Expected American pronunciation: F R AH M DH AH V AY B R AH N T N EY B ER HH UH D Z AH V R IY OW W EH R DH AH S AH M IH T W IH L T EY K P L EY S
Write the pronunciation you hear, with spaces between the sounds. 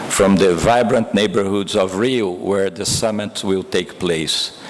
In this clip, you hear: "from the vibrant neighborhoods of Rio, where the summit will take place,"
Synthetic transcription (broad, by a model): F R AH M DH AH V AY B R AH N T N EY B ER HH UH D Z AH V R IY W EH R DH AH S AH M IH T W IH L T EY K P L EY S